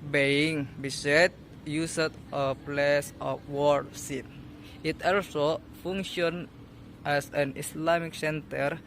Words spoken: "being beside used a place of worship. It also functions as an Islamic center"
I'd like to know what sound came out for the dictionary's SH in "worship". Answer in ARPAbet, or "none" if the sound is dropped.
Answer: S